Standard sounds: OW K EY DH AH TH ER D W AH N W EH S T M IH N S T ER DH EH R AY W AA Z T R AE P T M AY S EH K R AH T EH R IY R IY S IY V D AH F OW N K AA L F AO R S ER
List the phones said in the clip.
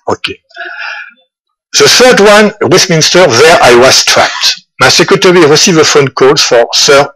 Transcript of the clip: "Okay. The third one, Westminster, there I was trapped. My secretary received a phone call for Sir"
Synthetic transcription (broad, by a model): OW K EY DH AH TH ER D W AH N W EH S M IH N S T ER DH EH R AY W AA Z T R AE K T M AY S EH K R AH T EH R IY R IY S IY V AH F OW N K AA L F AO R S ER